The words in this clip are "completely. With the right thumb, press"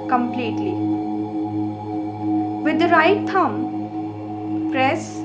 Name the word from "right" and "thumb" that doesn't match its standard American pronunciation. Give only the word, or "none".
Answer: thumb